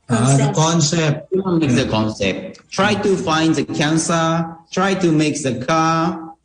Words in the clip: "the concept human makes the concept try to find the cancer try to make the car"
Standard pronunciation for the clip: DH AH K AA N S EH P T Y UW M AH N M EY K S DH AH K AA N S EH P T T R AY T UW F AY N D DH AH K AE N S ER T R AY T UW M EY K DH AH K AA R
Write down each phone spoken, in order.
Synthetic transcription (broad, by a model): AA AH K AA N S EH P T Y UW AH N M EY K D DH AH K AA N S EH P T T R AY T UW F AY N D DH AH K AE N S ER T R AY T UW M EY K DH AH K AA